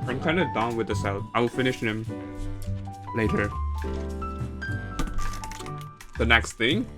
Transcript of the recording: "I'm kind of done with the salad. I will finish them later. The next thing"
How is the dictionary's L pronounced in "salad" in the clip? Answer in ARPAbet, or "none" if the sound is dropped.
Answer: none